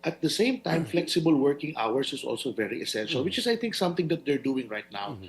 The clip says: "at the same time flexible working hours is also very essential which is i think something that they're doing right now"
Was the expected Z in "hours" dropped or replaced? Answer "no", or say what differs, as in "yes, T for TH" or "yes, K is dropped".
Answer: yes, S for Z